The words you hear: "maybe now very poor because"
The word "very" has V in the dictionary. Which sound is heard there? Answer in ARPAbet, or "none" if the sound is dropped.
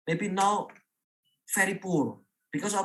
F